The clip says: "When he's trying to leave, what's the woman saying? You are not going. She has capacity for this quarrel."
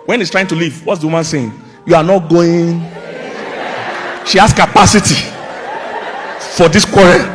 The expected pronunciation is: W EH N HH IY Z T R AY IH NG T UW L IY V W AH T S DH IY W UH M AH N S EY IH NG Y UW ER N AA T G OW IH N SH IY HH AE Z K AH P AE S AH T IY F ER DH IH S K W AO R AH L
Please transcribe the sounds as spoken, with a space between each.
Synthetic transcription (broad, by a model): W EH N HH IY S T R AY IH NG T UW L IY V W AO T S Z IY W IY M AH N S EY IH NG Y UW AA N AA T G OW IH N SH IY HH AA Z K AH P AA S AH T IY F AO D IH S K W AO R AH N